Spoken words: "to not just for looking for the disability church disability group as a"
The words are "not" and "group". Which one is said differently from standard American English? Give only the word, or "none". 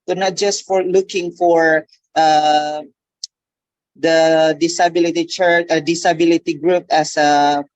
none